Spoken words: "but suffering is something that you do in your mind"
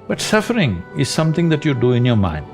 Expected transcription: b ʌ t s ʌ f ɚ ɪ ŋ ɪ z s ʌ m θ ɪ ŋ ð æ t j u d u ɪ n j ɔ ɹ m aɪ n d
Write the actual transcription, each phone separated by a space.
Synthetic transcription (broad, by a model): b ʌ t s ʌ f ɚ ɪ ŋ ɪ z s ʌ m t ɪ ŋ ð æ t j u d u ɪ n j ɔ ɹ m aɪ n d